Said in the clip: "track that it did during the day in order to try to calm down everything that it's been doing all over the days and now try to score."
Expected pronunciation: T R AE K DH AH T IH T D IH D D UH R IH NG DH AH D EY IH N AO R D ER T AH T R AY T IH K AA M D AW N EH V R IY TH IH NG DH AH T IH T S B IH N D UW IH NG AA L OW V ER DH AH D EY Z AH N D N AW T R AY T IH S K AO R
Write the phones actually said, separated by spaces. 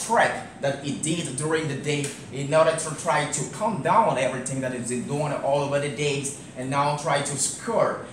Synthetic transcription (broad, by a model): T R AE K DH AH T IH T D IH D D UH R IH NG DH AH D EY IH N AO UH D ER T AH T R AY T IH K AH M D AW N EH V R IY TH IH NG DH AH T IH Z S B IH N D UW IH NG AA L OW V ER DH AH D EY Z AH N N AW T R AY T IH S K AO R